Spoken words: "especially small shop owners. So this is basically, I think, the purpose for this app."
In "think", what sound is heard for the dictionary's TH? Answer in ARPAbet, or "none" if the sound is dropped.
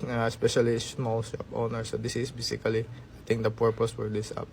T